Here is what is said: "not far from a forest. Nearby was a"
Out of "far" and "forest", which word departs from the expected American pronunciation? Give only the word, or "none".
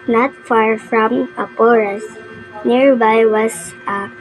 forest